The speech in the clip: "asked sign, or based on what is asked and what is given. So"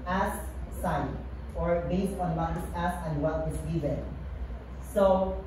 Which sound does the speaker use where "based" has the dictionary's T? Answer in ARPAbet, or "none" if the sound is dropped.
T